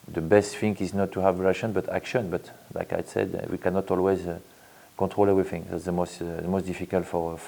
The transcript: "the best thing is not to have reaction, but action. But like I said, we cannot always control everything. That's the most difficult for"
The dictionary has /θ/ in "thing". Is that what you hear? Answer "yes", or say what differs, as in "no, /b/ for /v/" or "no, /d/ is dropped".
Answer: no, /f/ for /θ/